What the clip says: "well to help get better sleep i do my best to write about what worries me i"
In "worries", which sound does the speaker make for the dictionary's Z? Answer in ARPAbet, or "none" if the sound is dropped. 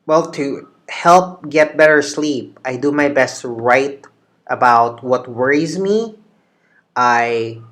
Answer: Z